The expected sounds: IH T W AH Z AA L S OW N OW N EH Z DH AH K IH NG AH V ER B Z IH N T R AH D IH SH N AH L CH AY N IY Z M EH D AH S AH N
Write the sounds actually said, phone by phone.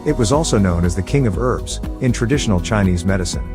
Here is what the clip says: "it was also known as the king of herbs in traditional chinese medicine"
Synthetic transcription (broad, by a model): IH T W AH Z AA L S OW N OW N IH Z DH AH K IH NG AH V ER B Z IH N T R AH D IH SH N L CH AY N IY Z M EH D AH S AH N